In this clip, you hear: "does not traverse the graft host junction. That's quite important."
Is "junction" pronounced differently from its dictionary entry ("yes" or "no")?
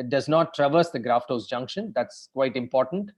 no